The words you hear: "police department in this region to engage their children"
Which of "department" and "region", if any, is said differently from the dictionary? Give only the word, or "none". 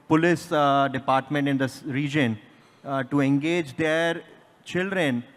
none